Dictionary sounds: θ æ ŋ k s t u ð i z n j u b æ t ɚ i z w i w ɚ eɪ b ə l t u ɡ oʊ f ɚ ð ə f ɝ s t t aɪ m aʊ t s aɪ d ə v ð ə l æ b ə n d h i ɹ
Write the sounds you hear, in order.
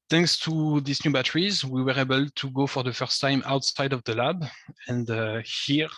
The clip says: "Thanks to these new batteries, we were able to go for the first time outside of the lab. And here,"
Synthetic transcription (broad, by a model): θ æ ŋ k s t u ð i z n j u b æ t ɚ i z w i w ɚ eɪ b ə l t u ɡ oʊ f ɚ ð ə f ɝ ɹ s t aɪ m aʊ t s aɪ d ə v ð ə l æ b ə n d h i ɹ